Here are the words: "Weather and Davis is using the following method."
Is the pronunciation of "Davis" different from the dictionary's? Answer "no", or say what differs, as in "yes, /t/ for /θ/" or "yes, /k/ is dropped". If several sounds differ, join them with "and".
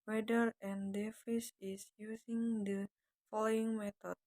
yes, /f/ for /v/